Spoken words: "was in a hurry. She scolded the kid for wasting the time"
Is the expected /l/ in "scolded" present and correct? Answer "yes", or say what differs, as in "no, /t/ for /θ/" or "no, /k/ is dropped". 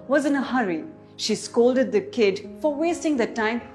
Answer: yes